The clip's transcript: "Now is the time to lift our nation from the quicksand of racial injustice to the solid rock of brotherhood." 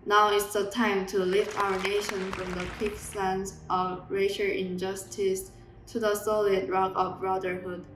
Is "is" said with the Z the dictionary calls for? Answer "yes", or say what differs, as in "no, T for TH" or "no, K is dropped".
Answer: no, S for Z